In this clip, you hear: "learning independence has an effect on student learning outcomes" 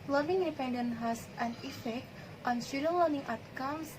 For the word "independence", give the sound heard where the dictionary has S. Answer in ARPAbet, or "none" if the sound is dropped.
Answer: none